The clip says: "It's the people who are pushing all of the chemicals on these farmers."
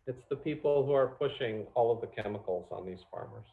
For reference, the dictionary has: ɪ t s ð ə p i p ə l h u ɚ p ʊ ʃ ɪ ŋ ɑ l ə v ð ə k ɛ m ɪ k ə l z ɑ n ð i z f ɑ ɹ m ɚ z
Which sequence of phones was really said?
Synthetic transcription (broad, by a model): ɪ t s ð ə p i p l h u ɚ p ʊ ʃ ɪ ŋ ɑ l ə v ð ə k ɛ m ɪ k l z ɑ n ð i z f ɑ ɹ m ɚ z